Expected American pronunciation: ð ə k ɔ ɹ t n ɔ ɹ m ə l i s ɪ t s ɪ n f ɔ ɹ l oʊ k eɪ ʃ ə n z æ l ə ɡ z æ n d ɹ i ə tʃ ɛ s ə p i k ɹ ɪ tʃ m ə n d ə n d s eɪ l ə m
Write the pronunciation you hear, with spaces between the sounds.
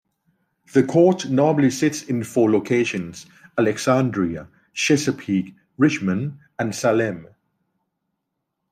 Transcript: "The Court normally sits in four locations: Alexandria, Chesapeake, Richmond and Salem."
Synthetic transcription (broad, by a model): ð ə k ɔ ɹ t n ɔ m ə l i s ɪ t s ɪ n f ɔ l oʊ k eɪ ʃ ə n z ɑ l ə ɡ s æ n d ɹ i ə ʃ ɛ s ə p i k ɹ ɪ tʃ m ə n ə n s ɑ l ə m